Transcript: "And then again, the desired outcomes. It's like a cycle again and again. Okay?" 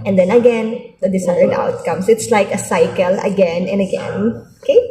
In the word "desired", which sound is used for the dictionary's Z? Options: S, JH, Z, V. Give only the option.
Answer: S